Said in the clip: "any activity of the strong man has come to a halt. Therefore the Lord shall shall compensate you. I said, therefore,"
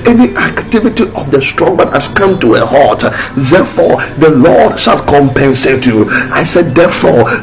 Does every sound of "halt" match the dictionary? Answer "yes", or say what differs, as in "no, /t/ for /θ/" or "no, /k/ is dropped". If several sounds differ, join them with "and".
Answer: no, /l/ is dropped